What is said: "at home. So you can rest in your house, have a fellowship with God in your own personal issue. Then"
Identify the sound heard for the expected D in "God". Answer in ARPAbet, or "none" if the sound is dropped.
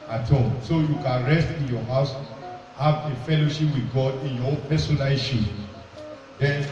D